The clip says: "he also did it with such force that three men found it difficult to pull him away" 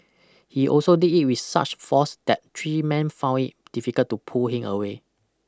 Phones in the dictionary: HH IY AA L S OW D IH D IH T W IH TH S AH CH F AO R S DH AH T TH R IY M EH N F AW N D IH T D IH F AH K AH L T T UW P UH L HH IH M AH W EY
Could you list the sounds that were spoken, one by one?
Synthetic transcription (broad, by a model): HH IY AA L S OW D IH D IH T W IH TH S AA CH F AO S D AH T T R IY M EH N F AW N D IH T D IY F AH K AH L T T UW P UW L HH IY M AH W EY